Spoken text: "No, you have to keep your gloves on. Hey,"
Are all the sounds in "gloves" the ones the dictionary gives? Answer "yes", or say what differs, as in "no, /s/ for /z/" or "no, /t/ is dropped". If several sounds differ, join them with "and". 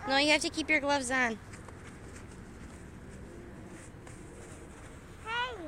yes